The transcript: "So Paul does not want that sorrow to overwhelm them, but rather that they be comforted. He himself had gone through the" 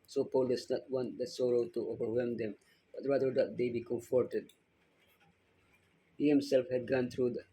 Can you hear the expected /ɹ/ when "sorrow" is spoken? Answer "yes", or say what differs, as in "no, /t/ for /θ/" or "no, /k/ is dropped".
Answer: yes